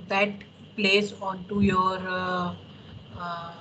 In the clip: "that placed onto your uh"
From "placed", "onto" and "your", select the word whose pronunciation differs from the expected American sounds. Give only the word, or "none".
placed